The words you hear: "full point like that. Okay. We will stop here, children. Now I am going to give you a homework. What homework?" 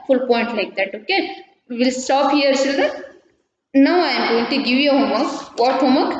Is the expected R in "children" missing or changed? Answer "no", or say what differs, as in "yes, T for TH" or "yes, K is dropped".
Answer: yes, R is dropped